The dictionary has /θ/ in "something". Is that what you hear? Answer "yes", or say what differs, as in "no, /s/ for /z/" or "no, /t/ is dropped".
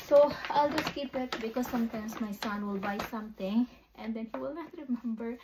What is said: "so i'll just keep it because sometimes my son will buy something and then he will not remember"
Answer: no, /t/ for /θ/